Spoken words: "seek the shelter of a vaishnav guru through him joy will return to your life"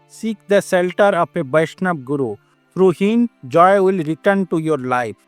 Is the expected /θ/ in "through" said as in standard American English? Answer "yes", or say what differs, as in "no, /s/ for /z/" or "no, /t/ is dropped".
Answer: no, /f/ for /θ/